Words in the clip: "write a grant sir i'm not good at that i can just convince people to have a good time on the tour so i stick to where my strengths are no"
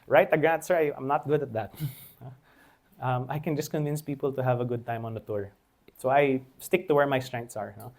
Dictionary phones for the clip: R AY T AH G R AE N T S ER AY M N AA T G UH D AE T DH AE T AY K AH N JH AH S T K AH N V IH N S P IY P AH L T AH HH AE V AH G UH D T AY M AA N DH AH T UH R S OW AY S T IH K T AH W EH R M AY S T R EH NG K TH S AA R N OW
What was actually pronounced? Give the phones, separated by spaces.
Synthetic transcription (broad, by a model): R AY T AH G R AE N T S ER AY M N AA T G UH D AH T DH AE T AY K AH N JH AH S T K AH N V IH N S P IY P AH L T AH HH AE V AH G UH D T AY M AA N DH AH T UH R S OW AY S T IH K T AH W EH R M AY S T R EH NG K T S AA R N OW